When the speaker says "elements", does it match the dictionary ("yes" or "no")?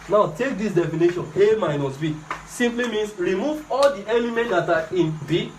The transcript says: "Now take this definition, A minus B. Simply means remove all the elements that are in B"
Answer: no